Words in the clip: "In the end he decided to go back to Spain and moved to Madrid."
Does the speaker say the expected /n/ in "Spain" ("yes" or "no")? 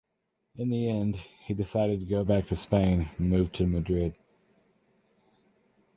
no